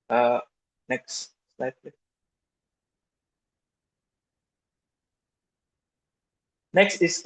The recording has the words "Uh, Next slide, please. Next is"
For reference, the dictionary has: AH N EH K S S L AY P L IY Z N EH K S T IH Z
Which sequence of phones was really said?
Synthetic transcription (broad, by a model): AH N EH K S S L AY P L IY N EH K S T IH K